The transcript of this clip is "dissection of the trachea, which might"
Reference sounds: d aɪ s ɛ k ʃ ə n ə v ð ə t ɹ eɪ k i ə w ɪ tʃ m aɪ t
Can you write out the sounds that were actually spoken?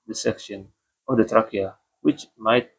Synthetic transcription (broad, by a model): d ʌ s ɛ k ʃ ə n ə v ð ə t ɹ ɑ k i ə w ɪ tʃ m aɪ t